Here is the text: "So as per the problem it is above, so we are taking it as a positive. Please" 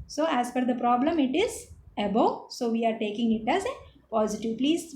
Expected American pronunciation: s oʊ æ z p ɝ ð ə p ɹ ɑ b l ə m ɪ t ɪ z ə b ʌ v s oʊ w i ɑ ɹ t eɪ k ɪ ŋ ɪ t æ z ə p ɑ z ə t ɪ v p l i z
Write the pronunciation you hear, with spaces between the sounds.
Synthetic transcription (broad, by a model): s oʊ æ z f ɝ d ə p ɹ ɑ b l ə m ɪ t ɪ z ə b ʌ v s oʊ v i ɑ ɹ t eɪ k ɪ ŋ ɪ t æ z ə p ɑ z ə t ɪ v p l i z